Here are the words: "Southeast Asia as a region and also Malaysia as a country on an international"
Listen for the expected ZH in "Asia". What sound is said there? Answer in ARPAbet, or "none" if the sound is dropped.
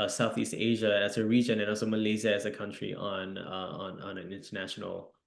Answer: ZH